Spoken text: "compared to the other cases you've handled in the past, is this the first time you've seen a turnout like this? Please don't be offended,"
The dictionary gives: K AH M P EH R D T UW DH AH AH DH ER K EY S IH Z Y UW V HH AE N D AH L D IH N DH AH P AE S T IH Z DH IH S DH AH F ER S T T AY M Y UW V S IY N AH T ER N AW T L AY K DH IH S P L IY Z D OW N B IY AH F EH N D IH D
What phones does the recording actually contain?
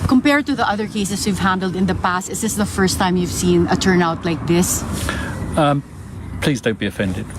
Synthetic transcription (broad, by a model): K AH M P EH R D T UW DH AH AH DH ER K EY S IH S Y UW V HH AE N D AH L D IH N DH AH P AE S T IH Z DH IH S DH AH F ER S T T AY M Y UW V S IY N AH T ER N AW T L AY K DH IH S P L IY Z D OW N B IY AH F EH N D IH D